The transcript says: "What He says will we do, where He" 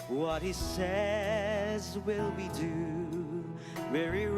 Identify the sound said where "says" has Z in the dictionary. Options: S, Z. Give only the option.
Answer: Z